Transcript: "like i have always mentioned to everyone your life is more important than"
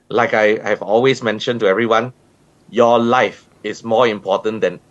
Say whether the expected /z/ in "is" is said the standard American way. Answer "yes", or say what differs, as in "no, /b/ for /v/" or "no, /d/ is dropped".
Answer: no, /s/ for /z/